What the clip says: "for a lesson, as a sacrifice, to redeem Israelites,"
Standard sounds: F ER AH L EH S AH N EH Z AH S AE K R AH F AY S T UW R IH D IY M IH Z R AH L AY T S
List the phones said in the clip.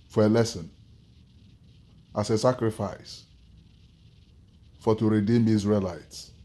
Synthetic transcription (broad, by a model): F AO AH L EH S AH N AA S AH S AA K R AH F AY S T UW R IH D IY M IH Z R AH L AY T S